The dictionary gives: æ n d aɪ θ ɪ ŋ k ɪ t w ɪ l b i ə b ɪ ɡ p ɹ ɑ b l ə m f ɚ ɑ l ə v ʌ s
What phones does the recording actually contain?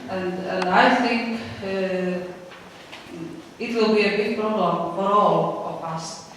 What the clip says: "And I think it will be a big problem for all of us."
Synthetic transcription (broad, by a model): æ n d aɪ θ ɪ ŋ k ɪ t w ɪ l b i ə b ɪ ɡ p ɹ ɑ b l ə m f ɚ ɑ l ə p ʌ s